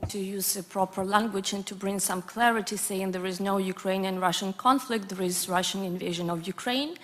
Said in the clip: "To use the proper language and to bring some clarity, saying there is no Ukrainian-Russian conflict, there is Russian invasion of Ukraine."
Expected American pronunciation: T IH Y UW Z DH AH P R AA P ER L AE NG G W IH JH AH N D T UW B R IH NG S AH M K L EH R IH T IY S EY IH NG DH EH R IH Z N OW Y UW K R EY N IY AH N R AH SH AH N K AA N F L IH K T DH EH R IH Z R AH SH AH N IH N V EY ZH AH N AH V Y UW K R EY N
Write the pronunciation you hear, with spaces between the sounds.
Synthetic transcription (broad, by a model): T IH Y UW Z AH P R AA P ER L AE NG G W IH JH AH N T UW B R IH NG S AH M K L EH R IH T IY S EY IH NG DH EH R IH Z N OW Y UW K R EY N IY AH N R AH SH AH N K AA N F L IH K T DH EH R IH Z R AH SH AH N IH N V EY ZH AH N AH V Y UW K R EY N